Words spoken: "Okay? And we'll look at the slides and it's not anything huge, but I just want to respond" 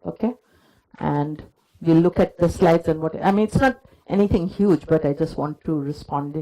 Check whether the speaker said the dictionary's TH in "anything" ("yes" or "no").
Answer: no